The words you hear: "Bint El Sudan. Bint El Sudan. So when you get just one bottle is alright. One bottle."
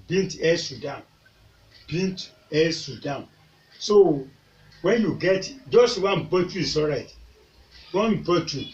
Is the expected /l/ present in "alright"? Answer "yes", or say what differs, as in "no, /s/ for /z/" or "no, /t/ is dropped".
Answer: no, /l/ is dropped